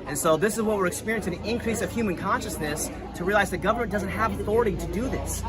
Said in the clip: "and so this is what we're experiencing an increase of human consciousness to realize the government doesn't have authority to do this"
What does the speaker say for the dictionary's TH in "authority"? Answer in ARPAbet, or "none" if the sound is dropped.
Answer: TH